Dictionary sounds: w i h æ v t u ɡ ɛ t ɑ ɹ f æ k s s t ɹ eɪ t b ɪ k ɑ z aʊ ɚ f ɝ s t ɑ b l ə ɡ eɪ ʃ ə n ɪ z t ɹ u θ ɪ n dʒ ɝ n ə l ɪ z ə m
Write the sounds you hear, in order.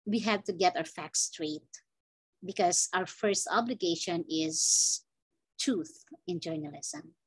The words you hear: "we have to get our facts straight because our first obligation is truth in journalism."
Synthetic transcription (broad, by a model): w i h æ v t u ɡ ɛ t ɑ ɹ f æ k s s t ɹ eɪ t b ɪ k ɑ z aʊ ɚ f ɝ s t ɑ b l ə ɡ eɪ ʃ ə n ɪ z t ɹ u θ ɪ n dʒ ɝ n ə l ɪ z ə m